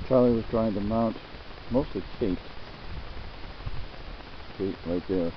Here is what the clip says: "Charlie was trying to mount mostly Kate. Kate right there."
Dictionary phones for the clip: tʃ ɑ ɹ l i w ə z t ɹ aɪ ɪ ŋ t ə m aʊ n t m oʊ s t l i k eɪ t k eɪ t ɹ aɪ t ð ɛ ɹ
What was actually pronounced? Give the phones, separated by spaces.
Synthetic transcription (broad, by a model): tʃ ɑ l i w ə z t ɹ aɪ ɪ ŋ t ə m aʊ n t m oʊ s t l i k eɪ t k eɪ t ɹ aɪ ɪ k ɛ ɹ